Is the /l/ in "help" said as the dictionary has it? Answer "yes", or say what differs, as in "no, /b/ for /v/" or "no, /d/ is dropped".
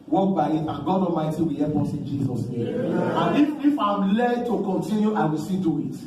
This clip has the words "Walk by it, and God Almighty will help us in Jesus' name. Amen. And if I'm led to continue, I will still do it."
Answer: no, /l/ is dropped